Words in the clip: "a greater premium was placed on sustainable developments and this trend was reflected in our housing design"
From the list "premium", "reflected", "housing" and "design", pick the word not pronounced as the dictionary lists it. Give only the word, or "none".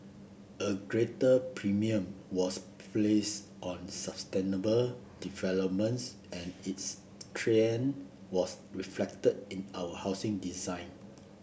housing